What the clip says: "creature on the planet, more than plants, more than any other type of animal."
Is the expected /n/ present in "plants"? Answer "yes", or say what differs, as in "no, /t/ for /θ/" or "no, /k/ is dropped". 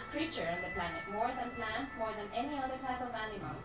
yes